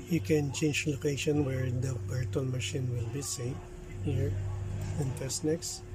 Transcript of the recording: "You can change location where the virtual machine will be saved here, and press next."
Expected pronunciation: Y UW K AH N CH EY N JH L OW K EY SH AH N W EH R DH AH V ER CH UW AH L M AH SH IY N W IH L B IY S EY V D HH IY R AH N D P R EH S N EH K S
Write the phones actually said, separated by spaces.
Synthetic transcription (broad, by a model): Y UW K AH N CH EY N JH L OW K EY SH AH N W EH R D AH B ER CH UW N M AH SH IY N W IH L B IY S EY HH IY R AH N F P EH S N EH K S